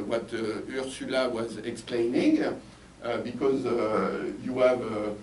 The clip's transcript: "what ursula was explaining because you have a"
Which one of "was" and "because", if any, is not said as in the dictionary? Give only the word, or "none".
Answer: none